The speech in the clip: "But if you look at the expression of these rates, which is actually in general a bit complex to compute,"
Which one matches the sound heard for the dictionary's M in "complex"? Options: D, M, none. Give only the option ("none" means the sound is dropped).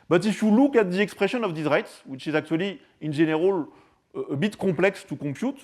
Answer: none